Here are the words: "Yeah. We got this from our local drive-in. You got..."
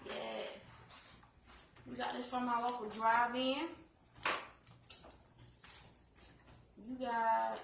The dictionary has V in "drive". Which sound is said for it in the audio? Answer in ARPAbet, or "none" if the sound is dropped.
V